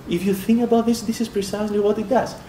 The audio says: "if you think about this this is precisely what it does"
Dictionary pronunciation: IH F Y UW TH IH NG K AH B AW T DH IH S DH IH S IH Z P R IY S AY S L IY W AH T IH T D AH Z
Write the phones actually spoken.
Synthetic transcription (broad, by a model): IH F Y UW TH IH NG K AH B AW T DH IH S DH IH S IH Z P R IY S AY S L IY W AH T IH T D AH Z